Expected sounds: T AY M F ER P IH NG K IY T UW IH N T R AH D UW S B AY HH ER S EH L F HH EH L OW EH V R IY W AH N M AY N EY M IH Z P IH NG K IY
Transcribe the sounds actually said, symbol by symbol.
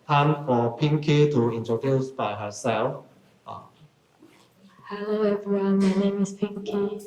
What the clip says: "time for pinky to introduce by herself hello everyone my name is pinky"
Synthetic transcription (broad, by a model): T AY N F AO P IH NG K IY T UW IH N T AH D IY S B AY HH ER S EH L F HH EH L OW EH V R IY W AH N M AY N EY M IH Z P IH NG K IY